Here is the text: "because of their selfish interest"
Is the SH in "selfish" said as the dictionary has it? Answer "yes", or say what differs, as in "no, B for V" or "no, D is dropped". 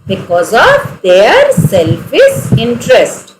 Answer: no, S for SH